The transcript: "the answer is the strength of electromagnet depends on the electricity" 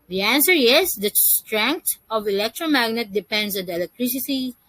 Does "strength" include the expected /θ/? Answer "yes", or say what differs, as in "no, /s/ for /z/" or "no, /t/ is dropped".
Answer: no, /t/ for /θ/